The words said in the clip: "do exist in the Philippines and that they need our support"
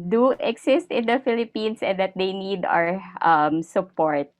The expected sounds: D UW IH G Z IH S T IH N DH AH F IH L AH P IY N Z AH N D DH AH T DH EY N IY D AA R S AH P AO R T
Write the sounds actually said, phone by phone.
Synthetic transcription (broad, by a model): D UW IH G S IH S T IH N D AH F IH L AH P IY N S AH N D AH T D EY N IY D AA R S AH P AO R T